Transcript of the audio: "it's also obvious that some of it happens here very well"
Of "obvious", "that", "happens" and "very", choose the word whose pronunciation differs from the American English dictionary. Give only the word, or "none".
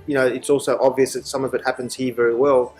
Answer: none